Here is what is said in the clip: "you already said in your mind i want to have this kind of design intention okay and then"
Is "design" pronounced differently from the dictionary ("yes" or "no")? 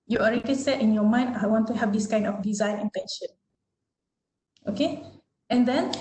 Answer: no